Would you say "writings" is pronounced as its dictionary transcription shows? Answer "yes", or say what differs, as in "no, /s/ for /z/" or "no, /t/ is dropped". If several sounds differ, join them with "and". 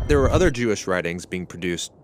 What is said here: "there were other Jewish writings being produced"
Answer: yes